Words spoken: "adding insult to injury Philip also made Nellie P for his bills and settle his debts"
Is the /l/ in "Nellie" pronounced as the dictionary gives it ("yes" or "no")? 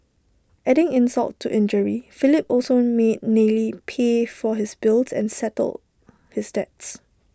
yes